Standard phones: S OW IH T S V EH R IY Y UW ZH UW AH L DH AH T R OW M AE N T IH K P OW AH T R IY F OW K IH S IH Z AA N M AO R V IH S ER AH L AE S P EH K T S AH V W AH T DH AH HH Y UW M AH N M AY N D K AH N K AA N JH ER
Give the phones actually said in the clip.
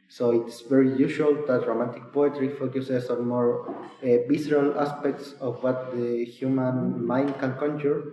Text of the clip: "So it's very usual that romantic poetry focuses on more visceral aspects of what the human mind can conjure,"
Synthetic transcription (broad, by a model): S OW IH T S V EH R IY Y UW SH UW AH L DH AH T R OW M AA N T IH K P OW AH T R IY F OW K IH S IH S AA N M AO R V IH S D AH L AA S P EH K T S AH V W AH T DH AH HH Y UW M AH N M AY N D K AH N K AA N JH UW